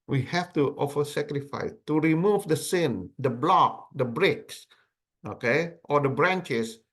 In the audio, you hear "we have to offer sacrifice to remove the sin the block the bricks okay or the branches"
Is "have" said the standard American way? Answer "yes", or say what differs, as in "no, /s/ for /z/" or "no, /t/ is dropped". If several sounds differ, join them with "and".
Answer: no, /f/ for /v/